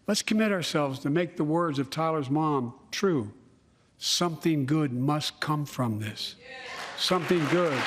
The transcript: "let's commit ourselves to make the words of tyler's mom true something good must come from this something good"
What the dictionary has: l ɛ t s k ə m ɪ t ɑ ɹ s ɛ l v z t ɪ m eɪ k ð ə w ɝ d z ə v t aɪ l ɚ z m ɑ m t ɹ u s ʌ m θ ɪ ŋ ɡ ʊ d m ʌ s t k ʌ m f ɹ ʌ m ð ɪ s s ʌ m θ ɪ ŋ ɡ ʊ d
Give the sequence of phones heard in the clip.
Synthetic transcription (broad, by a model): l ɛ t s k ə m ɪ t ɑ ɹ s ɛ l v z t ɪ m eɪ k ð ə w ɝ d z ə v t aɪ l ɚ z m ɑ m t ɹ u s ʌ m θ ɪ ŋ ɡ ʊ d m ʌ s k ʌ m f ɹ ʌ m ð ɪ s s ʌ m θ ɪ ŋ ɡ ʊ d